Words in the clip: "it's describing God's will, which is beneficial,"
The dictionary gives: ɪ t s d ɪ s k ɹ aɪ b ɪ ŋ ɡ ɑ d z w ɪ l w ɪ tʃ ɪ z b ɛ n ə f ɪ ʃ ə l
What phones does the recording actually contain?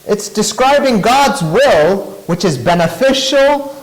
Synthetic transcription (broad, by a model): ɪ t s d ɪ s k ɹ aɪ b ɪ ŋ ɡ ɑ d z w ɪ l w ɪ tʃ ɪ z b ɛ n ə f ɪ ʃ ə l